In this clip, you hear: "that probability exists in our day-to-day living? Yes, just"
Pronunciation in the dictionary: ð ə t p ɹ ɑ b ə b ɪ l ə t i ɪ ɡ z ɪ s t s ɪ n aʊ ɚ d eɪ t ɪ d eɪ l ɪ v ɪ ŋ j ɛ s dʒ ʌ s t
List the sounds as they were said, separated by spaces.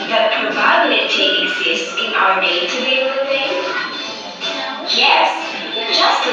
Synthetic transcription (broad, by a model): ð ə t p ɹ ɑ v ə ɪ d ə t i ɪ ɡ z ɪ s t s ɪ n aʊ ɚ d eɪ t ɪ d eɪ w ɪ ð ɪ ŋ j ɛ s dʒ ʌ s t